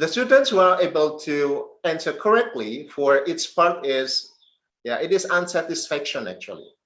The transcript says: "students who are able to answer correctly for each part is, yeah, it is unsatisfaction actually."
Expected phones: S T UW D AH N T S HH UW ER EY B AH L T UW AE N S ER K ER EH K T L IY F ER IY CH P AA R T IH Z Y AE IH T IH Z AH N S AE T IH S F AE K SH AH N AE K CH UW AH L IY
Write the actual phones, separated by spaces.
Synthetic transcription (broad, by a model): S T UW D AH N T S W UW ER EY B AH L T UW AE N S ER K ER EH K T L IY F ER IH S P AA R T IH Z Y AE IH T IH Z AH N S AE T IH S F AE K SH AH N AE K CH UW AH L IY